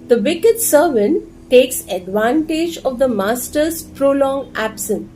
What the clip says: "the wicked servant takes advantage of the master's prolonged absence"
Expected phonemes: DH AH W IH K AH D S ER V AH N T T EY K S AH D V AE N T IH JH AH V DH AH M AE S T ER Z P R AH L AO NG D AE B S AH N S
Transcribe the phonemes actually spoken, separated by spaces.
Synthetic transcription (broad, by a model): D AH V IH K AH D S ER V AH N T T EY K S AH D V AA N T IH JH AH V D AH M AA S T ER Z P R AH L AO NG AE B S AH N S